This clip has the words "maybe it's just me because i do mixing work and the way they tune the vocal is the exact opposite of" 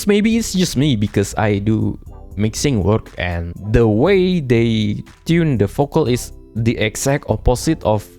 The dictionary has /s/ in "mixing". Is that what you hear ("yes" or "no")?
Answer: yes